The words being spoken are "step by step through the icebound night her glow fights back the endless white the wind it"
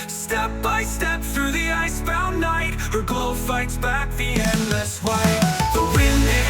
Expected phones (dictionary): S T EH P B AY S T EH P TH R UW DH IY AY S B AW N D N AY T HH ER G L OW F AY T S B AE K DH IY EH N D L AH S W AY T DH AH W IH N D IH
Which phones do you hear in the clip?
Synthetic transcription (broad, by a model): S T EH P B AY S T EH P TH R UW DH IY AY S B AW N N AY T HH ER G OW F AY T S B AE K DH IY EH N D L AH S W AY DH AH W IH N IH